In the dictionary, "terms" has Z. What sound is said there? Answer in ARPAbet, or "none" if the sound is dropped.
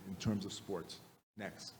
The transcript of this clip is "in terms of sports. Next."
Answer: Z